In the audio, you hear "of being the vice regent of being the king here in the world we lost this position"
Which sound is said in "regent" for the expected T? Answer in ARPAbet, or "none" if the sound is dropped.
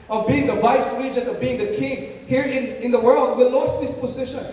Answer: none